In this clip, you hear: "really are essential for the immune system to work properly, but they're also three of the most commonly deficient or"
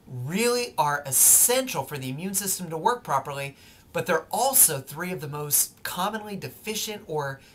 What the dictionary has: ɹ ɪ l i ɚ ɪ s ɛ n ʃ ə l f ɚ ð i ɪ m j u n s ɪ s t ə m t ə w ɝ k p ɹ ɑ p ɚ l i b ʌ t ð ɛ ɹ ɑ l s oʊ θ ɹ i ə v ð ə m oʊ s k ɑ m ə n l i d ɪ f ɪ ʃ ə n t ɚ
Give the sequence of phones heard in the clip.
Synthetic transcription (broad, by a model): ɹ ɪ l i ɚ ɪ s ɛ n ʃ l f ɚ ð i ɪ m j u n s ɪ s t ə m t ə w ɝ k p ɹ ɑ p ɚ l i b ʌ t ð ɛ ɹ ɑ l s oʊ θ ɹ i ə v ð ə m oʊ s k ɑ m ə n l i d ɪ f ɪ ʃ ə n t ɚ